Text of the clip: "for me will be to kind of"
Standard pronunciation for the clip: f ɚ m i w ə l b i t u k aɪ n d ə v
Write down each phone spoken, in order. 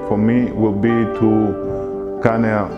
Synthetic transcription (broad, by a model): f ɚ m i w ə l b i t u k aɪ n ə